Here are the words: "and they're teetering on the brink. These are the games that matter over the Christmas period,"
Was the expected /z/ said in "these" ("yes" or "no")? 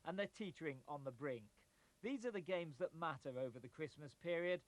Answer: yes